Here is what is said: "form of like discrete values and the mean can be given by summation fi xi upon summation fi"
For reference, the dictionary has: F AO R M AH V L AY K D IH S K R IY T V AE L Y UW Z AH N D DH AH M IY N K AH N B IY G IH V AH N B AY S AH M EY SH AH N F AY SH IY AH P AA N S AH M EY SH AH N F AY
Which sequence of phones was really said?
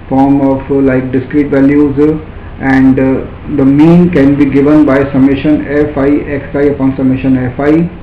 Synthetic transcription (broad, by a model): F AO R M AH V L AY K D IH S K R IY T V AE L Y UW Z AH N D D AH M IY N K AH N B IY G IH V AH N B AY S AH M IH SH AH N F AY S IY AH P AA N S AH M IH SH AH N F AY